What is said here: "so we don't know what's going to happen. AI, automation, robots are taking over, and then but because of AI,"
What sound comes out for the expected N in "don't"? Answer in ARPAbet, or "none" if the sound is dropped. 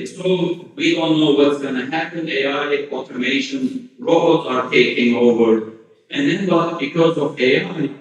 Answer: L